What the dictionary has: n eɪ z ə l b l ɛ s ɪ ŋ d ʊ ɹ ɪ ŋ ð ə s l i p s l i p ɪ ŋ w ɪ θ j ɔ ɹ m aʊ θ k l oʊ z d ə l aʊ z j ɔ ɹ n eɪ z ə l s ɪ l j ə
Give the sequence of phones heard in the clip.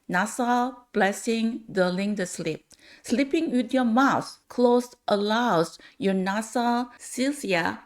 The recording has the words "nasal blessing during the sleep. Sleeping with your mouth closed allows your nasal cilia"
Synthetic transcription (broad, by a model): n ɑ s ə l b l ɛ s ɪ ŋ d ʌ l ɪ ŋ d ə s l i p s l i p ɪ ŋ w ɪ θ j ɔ m aʊ s k l oʊ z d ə l aʊ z j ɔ n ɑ s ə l s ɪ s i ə